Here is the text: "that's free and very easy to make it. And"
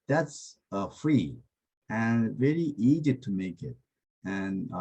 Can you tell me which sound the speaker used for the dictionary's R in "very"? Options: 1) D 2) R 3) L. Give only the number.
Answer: 3